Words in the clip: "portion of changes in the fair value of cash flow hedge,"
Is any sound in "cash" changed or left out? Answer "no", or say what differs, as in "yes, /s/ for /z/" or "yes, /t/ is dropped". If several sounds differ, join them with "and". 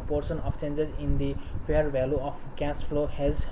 yes, /s/ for /ʃ/